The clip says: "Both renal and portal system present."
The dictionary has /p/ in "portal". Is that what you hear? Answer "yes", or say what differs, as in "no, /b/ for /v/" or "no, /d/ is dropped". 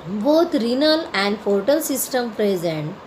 no, /f/ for /p/